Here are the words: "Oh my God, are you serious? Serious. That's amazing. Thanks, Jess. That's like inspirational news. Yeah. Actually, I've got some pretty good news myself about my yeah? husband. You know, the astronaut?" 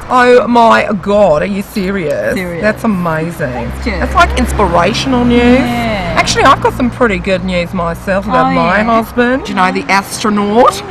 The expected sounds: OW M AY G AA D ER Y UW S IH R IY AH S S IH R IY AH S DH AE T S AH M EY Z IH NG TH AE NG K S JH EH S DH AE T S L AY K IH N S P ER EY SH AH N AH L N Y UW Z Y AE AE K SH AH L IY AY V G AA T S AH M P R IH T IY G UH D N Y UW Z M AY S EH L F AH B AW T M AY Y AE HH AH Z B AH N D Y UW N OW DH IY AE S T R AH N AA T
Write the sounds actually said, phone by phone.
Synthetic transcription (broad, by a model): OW M AY G AA D ER Y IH S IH R IY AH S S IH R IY DH AE T S AH M EY Z IH NG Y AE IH T S L AY K IH N S P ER EY SH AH N L N Y UW Z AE AE K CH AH L IY AY V G AA T S AH M P R IH T IY G UH D N Y UW Z M AY S EH L F AH B AW T M AY HH AH Z B AH N D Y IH N OW DH IY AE S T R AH N AA T